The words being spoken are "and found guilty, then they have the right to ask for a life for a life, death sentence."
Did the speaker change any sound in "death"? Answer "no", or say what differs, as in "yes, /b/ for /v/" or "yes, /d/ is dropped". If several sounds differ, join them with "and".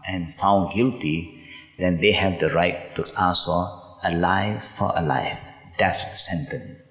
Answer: yes, /f/ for /θ/